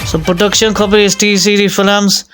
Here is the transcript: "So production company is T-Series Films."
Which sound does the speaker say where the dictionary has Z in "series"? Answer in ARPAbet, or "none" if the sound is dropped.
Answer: none